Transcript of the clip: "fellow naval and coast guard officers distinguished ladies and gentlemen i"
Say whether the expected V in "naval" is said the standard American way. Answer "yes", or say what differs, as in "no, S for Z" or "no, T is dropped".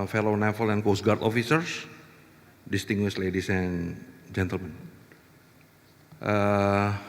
no, F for V